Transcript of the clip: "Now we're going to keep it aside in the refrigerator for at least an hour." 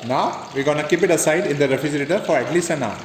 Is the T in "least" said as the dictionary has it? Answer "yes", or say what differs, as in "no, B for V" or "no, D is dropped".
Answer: no, T is dropped